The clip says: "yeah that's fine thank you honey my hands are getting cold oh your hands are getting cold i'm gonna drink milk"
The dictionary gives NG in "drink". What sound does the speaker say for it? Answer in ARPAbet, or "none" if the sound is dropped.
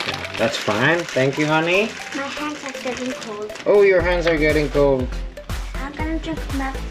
none